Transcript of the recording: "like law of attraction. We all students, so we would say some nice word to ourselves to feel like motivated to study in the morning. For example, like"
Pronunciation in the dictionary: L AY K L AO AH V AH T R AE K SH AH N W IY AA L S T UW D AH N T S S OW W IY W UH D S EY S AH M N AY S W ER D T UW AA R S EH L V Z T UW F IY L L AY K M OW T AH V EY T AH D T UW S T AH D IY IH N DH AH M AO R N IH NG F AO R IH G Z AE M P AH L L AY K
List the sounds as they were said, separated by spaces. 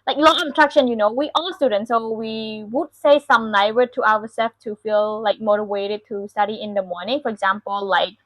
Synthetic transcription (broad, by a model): L AY K L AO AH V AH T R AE K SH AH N W IY AA L S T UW D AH N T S S OW W IY W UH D S EY S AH M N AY W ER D T UW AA W S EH L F T UW F IY L L AY K M OW T AH V EY T AH D T UW S T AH D IY IH N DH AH M AO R N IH NG F AO R IH G Z AE M P AH L L AY K